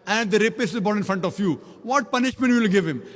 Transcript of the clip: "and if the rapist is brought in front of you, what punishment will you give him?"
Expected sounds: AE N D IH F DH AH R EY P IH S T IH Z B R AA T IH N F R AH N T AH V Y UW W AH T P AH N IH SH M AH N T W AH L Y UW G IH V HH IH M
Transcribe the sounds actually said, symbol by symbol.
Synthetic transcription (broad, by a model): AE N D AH R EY P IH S IH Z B AA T IH N F R AH N T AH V Y UW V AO T P AH N IH SH M AH N T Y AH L G IH V HH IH M